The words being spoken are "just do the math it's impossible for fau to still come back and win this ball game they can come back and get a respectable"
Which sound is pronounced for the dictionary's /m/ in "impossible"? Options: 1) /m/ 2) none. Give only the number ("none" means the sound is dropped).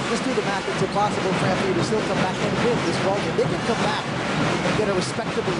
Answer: 2